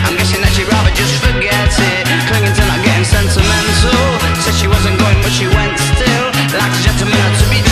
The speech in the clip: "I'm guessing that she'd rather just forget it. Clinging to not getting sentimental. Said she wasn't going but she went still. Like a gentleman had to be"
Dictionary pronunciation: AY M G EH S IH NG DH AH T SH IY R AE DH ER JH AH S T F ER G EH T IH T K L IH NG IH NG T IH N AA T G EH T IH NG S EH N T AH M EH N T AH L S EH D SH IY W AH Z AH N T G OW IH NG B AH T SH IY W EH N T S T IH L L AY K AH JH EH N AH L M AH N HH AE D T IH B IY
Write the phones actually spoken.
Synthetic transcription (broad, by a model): AY M G EH S IH NG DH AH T SH IY R AE DH ER JH AH S T F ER G EH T IH T K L IH NG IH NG T IH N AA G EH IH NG S EH N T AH M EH N T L S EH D SH IY W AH Z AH N G OW IH NG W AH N SH IY W EH N T S T IH L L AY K AH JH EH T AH M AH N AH T IH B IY